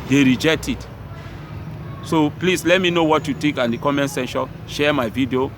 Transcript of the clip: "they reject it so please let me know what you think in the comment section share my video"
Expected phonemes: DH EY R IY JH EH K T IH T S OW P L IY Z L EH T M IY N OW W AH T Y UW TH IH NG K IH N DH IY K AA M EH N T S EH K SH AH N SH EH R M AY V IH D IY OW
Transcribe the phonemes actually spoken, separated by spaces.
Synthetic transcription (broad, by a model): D EY R IY JH EH K T IH T S OW P L IY S L EH T M IY N OW W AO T Y UW T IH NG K IH N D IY K AA M EH N T S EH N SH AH SH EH M AY V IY D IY OW